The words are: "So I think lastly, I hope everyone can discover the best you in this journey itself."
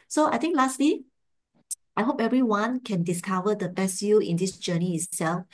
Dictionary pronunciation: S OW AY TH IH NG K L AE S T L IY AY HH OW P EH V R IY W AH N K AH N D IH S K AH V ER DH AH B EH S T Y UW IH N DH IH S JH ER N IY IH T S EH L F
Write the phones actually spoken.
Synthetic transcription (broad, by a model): S OW AY T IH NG K L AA S T L IY AY HH OW P EH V R IY W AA N K AH N D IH S K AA V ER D AH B EH S Y UW IH N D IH S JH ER N IY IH T S EH L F